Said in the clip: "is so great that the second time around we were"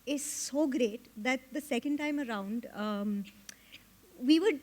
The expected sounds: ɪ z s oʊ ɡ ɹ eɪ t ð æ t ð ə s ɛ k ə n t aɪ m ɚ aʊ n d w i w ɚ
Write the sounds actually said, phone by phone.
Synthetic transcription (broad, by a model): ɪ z s oʊ ɡ ɹ eɪ t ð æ t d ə s ɛ k ə n t aɪ m ɚ aʊ n d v i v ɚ